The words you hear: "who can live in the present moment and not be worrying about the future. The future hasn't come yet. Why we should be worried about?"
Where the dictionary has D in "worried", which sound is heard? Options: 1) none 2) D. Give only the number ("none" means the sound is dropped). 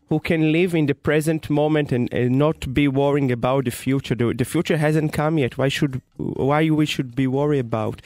1